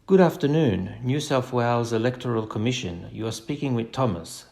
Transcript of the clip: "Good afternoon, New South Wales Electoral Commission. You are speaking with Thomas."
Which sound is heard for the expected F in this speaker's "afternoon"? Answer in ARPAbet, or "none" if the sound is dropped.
F